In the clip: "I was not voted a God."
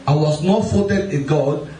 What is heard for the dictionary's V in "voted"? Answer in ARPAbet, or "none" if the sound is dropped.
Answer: F